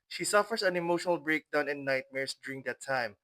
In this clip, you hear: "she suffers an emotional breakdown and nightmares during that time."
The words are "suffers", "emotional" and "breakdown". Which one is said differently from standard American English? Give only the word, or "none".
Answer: suffers